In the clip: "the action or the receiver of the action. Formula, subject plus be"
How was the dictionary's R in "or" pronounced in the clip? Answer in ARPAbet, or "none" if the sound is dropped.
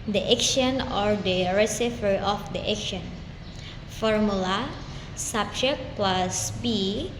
R